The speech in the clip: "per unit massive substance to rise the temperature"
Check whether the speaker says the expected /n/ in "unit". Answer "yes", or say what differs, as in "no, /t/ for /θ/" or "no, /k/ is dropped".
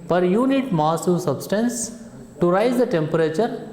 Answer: yes